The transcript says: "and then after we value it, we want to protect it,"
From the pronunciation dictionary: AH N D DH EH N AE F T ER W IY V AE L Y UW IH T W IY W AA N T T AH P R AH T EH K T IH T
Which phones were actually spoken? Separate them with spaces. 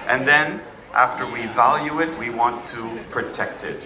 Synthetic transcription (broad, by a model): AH N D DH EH N AE F T ER W IY V AE L Y UW IH T W IY W AA N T T AH P R AH T EH K T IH T